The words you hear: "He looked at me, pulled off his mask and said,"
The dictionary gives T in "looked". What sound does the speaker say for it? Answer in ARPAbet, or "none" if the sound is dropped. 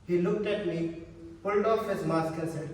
T